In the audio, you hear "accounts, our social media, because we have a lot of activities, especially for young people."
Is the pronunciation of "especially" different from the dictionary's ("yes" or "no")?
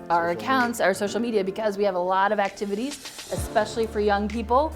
no